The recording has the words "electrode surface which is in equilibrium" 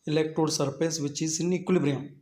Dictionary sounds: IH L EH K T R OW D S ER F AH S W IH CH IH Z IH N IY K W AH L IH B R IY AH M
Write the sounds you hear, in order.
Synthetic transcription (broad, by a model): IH L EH K T R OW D S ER P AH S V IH CH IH S IH N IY K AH L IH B R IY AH